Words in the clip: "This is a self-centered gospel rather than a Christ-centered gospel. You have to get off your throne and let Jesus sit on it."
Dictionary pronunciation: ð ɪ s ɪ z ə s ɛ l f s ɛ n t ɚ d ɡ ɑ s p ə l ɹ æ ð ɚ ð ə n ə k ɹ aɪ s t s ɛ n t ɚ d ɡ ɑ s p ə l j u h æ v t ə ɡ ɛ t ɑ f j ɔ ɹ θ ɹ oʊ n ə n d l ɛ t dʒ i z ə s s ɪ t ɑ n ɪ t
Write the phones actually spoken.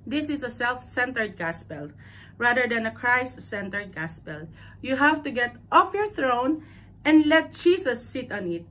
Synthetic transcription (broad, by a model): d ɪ s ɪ s ə s ɛ l f s ɛ n t ɚ d ɡ ɑ s p ə l ɹ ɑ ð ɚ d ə n ə k ɹ aɪ s t s ɛ n t ɚ d ɡ ɑ s p ə l j u h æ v t ə ɡ ɛ t ɑ f j ɔ ɹ θ ɹ oʊ n ə n d l ɛ t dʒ i s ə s s ɪ t ɑ n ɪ t